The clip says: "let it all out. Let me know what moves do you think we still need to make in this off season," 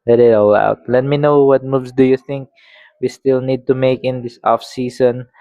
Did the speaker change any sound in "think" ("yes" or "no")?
no